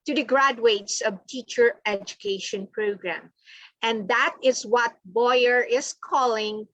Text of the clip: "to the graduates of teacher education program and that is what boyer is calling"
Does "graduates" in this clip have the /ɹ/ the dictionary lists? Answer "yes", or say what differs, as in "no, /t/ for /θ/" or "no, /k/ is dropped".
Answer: yes